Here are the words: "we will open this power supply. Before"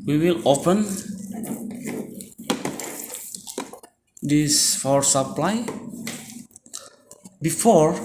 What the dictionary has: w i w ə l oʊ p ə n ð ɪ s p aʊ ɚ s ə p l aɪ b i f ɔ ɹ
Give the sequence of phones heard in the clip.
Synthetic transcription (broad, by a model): w i w ə l oʊ p ə n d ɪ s f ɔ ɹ s ə p l aɪ b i f ɔ ɹ